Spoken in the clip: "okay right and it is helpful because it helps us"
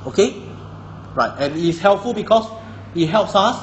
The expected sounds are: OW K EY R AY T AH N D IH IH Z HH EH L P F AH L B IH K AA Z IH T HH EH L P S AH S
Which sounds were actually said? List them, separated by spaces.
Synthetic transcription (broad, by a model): OW K EY R AY T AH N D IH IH S HH EH L P F AH L B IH K AA S IH T HH EH L P S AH S